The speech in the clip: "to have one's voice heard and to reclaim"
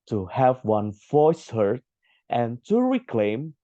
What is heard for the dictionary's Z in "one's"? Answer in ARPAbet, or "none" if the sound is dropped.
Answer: none